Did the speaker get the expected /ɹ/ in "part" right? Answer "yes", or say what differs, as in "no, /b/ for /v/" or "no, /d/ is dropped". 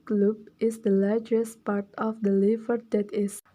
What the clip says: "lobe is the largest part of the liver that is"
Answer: yes